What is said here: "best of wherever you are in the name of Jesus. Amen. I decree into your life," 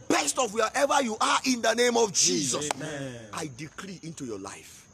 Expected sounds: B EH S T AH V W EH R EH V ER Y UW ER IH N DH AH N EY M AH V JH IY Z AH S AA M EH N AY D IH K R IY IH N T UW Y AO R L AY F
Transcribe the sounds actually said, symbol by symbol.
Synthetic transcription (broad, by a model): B EH S T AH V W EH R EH V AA Y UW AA IH N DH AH N EY M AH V JH IY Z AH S AA IH D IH K R IY IH N T UW Y AO L AY F